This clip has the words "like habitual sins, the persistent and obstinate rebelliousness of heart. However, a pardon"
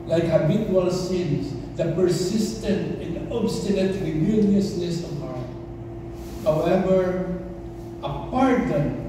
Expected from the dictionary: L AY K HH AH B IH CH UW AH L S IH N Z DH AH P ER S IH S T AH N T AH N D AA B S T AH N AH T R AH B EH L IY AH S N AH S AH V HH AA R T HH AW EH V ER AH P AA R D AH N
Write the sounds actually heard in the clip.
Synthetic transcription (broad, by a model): L AY K HH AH B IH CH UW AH L S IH N S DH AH P ER S IH S T AH N T AH N D AA B S T AH N AH T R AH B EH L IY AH S N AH S AH V HH AA R T HH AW EH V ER AH P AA R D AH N